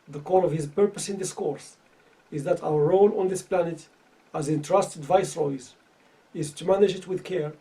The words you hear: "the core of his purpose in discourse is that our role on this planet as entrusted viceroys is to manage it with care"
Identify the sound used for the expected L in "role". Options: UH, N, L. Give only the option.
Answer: N